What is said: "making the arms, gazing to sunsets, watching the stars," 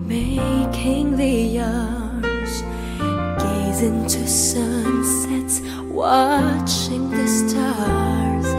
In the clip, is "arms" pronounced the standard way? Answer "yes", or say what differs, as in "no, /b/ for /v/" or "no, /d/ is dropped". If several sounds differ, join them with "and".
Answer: no, /m/ is dropped